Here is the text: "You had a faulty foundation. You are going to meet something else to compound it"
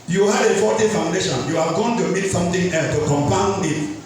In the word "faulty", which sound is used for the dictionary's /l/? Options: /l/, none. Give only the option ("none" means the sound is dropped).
none